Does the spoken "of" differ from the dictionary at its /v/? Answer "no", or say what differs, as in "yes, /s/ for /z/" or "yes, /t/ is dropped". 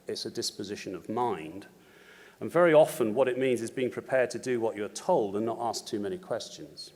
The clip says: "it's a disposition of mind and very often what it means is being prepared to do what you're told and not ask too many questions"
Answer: no